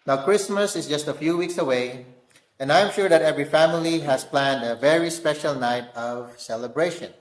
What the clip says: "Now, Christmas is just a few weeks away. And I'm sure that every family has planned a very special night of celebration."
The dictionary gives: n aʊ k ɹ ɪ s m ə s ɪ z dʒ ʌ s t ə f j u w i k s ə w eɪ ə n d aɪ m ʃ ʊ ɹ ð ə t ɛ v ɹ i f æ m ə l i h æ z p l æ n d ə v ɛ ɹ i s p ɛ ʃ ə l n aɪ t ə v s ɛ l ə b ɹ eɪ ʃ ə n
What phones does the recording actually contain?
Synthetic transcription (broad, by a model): n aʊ k ɹ ɪ s m ə s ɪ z dʒ ʌ s t ə f j u w i k s ə w eɪ ə n d aɪ m ʃ ʊ ɹ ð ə t ɛ v ɹ i f æ m ə l i h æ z p l æ n d ə v ɛ ɹ i s p ɛ ʃ ə l n aɪ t ə v s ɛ l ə b ɹ eɪ ʃ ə n